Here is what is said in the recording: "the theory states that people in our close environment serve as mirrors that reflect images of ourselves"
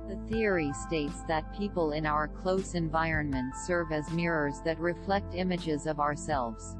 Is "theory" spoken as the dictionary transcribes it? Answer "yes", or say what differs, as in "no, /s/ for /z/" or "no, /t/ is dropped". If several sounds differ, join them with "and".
yes